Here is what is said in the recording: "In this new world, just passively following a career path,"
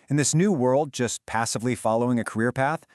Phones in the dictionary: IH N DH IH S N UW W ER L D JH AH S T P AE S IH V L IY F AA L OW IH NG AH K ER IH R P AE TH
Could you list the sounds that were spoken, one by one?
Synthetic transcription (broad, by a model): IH N DH IH S N UW W ER L D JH AH S P AE S IH V L IY F AA L OW IH NG AH K ER IH R P AE TH